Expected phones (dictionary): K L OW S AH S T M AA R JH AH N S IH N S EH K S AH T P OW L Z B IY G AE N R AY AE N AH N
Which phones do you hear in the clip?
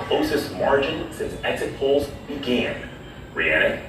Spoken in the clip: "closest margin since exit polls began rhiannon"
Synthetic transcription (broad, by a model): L OW S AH S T M AA R JH AH N S IH N S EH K S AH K P OW L Z B IY G AE N R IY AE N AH